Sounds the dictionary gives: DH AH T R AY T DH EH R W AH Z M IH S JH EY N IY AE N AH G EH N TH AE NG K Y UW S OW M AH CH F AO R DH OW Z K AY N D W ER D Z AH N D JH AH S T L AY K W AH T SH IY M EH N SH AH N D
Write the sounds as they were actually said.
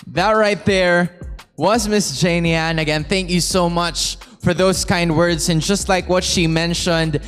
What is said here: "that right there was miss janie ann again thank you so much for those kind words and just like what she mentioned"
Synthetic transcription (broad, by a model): DH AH T R AY T DH EH R W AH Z M IH S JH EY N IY AE N AH G EH N TH AE NG K Y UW S OW M AH CH F AO R DH OW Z K AY N D W ER D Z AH N JH AH S T L AY K W AH T SH IY M EH N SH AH N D